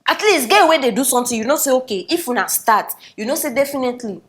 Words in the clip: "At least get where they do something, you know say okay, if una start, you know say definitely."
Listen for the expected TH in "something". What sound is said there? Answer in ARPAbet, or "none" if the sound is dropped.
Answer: T